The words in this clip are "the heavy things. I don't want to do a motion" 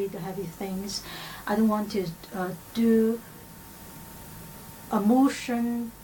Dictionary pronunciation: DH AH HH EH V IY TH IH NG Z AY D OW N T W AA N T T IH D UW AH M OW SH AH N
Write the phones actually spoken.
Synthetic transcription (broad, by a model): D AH HH EH V IY TH IH NG Z AY D OW N T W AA N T T IH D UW AH M OW SH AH N